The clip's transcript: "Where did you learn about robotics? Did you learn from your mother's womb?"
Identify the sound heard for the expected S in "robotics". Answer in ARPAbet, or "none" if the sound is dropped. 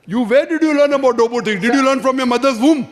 none